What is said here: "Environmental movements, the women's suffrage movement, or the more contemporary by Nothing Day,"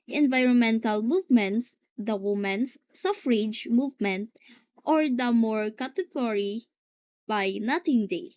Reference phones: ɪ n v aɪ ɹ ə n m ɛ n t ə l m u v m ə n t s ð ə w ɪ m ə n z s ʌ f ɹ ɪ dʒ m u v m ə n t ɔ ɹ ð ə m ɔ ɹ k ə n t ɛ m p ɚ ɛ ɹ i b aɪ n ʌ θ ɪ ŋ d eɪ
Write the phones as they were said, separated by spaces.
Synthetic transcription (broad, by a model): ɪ n v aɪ ɹ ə n m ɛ n t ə l m u v m ə n t s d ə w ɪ m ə n s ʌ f ɹ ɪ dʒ m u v m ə n t ɔ ɹ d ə m ɔ ɹ k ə t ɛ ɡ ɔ ɹ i b aɪ n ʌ t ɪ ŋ d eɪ